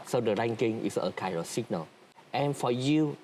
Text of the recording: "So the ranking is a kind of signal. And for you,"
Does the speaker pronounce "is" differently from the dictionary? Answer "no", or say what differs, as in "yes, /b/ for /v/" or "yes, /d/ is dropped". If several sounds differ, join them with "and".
yes, /s/ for /z/